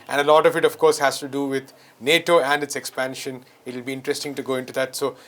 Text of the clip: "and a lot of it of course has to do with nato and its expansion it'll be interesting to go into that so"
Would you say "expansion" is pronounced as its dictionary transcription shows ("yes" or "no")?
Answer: yes